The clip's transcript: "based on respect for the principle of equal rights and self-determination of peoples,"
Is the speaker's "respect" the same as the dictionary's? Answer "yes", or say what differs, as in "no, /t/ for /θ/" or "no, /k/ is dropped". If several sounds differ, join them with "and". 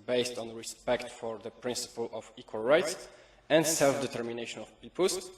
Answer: yes